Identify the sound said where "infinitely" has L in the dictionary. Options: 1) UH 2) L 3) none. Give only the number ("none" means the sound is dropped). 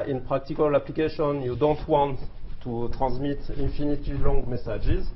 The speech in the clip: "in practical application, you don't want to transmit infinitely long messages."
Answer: 3